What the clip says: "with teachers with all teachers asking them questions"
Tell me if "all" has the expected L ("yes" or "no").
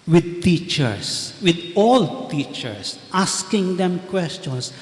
yes